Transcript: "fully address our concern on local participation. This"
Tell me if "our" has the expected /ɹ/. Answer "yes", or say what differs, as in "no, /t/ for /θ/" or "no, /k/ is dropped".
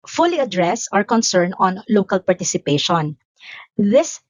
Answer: yes